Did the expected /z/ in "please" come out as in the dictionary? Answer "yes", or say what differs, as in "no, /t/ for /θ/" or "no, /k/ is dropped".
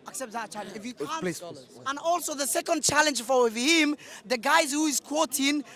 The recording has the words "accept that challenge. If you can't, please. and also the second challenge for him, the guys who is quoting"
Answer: no, /z/ is dropped